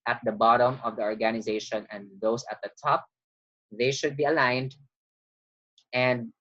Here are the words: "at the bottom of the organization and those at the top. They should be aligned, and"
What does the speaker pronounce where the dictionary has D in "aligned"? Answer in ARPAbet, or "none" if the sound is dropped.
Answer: D